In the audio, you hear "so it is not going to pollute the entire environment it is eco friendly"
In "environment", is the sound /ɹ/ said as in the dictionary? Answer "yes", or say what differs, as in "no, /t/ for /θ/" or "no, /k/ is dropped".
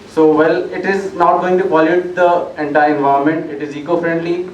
no, /ɹ/ is dropped